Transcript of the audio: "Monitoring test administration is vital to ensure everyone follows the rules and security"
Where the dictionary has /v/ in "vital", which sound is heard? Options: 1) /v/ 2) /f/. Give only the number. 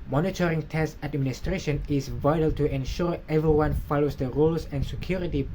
1